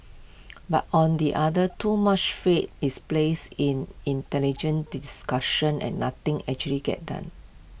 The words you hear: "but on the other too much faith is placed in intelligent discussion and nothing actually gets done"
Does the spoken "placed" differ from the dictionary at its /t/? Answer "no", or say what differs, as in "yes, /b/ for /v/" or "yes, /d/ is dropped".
yes, /t/ is dropped